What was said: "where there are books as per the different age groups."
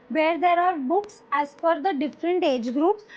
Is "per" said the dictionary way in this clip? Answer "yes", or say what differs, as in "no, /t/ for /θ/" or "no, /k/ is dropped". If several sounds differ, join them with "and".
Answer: no, /f/ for /p/